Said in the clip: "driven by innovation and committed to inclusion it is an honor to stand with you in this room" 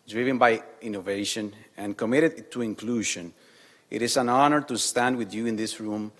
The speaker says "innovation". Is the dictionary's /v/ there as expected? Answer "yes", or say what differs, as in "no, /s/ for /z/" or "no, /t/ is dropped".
yes